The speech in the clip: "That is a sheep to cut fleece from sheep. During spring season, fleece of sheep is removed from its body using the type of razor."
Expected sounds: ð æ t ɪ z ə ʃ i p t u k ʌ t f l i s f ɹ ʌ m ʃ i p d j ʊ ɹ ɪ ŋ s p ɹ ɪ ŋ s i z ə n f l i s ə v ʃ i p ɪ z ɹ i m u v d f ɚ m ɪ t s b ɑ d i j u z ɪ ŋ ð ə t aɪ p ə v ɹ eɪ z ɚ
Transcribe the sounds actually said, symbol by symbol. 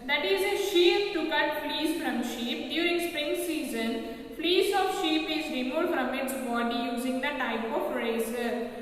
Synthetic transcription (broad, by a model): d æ t ɪ z ə ʃ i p t u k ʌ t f l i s f ɹ ʌ m ʃ i p d j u ɹ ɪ ŋ s p ɹ ɪ ŋ s i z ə n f l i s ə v ʃ i p ɪ z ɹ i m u f d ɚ m ɪ t s b ɑ d i j u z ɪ ŋ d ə t aɪ p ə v ɹ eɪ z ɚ